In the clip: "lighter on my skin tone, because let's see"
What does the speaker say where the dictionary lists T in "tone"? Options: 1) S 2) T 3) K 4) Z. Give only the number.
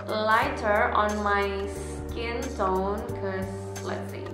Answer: 1